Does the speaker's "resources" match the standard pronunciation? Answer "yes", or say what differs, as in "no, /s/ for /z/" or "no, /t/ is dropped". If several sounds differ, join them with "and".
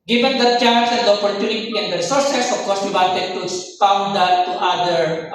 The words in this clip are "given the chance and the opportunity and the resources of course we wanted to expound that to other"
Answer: no, /s/ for /z/